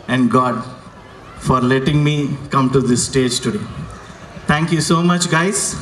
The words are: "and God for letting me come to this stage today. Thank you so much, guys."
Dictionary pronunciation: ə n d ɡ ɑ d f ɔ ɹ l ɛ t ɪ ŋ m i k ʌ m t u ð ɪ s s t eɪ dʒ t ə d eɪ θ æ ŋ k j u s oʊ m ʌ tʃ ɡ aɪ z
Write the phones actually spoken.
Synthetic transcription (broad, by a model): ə n d ɡ ɑ d f ɔ ɹ l ɛ t ɪ ŋ m i k ʌ m t u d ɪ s s t eɪ dʒ t ə d eɪ t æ ŋ k j u s oʊ m ʌ tʃ ɡ aɪ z